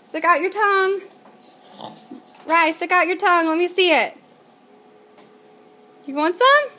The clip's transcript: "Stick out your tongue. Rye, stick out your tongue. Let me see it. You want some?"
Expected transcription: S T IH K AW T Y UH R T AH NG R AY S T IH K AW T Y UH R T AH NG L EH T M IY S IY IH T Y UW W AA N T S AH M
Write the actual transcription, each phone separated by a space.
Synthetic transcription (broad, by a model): S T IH K AW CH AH R T AH NG R AY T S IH K AW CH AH R T AH NG L EH T M IY S IY IH T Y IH W AA N T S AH M